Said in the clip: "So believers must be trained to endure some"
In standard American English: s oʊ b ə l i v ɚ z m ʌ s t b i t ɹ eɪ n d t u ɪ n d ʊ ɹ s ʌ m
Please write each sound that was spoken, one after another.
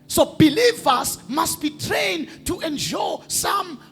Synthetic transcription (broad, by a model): s oʊ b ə l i v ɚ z m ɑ s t b i t ɹ eɪ n d t u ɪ n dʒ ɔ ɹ s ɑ m